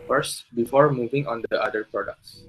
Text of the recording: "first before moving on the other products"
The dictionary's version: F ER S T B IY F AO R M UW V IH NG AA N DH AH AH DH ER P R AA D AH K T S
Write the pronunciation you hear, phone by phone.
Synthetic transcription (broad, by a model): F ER S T B IY F AO R M UW V IH NG AA N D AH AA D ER P R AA D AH K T S